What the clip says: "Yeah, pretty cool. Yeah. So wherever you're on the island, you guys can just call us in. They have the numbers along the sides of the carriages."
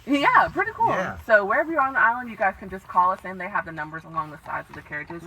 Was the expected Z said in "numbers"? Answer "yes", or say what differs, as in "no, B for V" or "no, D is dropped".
yes